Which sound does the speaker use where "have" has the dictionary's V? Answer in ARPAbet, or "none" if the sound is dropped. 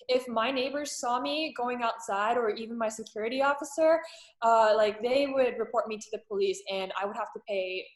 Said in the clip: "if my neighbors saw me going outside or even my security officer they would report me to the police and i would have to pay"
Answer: F